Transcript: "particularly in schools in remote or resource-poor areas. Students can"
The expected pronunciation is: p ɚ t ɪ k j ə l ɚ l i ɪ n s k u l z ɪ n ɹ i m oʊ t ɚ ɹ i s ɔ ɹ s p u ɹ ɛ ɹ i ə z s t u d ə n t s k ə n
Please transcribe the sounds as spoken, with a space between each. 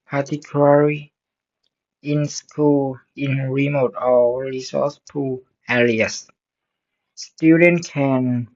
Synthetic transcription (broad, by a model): p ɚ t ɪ k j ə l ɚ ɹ i ɪ n s k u l ɪ n ɹ i m oʊ t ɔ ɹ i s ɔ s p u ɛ l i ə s s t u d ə n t k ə n